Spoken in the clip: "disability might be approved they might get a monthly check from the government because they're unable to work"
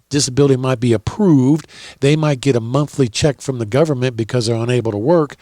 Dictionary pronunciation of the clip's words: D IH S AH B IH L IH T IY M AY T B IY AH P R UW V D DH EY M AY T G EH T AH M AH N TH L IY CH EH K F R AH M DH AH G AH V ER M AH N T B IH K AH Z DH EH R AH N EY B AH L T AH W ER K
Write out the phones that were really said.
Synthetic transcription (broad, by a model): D IH S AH B IH L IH T IY M AY T B IY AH P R UW V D DH EY M AY T G EH T AH M AH N TH L IY CH EH K F R AH M DH AH G AH V ER M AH N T B IH K AH Z DH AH R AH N EY B L T AH W ER K